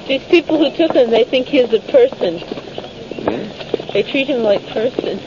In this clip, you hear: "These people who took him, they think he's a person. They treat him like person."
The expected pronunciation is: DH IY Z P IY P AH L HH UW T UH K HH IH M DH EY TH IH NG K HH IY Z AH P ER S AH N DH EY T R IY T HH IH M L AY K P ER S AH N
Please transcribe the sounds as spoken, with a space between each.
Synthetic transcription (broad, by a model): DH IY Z P IY P L HH UW T UH K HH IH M DH EY TH IH NG K HH IY Z AH P ER S AH N DH EY T R IY T HH IH M L AY K P ER S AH N